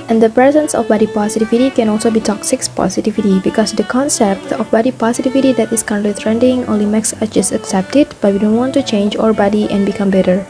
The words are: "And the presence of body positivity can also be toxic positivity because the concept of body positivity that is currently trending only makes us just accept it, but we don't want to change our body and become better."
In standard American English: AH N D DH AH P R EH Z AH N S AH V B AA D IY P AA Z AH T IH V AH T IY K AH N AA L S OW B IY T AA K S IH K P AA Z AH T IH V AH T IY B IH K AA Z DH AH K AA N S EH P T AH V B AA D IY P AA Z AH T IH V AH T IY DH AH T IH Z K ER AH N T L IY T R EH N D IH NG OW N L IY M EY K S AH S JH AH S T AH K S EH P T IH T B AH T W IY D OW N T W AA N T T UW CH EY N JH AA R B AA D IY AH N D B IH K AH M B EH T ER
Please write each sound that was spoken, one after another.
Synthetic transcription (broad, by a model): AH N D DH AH P R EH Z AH N S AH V B AA D IY P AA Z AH T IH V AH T IY K AH N AA L S OW B IY T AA K S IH K P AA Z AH T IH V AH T IY B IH K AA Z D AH K AA N S EH P T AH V B AA D IY P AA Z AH T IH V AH T IY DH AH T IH S K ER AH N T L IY T R EH N D IH NG OW N L IY M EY K S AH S JH AH S T AH K S EH P T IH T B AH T W IY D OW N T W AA N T T UW CH EY N JH AA R B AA D IY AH N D B IH K AH M B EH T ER